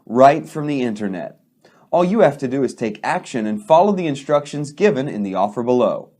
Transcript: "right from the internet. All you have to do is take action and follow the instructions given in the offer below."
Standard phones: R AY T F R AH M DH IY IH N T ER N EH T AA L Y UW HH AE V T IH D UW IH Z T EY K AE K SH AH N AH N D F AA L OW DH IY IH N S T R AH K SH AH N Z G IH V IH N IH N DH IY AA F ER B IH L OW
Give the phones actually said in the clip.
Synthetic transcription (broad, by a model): R AY T F R AH M DH IY IH N T ER N EH T AA L Y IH HH AE F T IH D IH IH Z T EY K AE K SH AH N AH N F AA L OW DH IY IH N S T R AH K SH AH N Z G IH V IH N IH N DH IY AA F ER B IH L OW